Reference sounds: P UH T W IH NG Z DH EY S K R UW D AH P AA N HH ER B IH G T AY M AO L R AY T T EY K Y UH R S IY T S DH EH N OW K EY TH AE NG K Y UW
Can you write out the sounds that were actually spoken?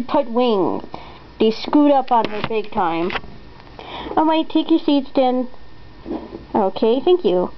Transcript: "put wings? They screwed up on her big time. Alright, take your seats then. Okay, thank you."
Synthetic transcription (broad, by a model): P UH T W IH NG Z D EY S K UW D AH P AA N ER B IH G T AY M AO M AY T T EY K Y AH R S IY T S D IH N OW K EY TH AE NG K Y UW